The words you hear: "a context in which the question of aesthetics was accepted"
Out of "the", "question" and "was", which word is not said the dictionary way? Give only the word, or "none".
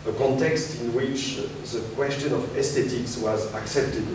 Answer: none